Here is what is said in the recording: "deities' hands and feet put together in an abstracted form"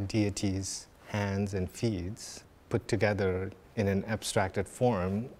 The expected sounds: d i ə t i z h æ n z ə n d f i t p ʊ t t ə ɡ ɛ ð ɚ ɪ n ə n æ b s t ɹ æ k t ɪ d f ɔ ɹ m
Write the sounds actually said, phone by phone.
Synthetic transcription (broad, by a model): d i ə t i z h æ n z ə n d f i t p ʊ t t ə ɡ ɛ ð ɚ ɪ n ə n æ b s t ɹ æ k t ɪ d f ɔ ɹ m